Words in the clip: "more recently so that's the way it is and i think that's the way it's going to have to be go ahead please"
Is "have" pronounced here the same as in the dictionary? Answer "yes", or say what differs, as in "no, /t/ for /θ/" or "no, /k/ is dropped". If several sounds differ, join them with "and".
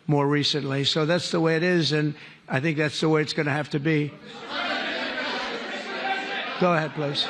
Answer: no, /f/ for /v/